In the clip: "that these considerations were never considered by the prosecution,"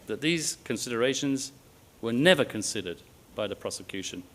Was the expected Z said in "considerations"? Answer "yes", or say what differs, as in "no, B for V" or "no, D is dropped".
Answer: yes